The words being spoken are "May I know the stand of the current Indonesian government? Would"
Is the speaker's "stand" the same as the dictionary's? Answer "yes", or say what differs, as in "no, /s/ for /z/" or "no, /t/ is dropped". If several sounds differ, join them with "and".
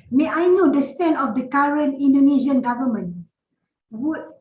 no, /d/ is dropped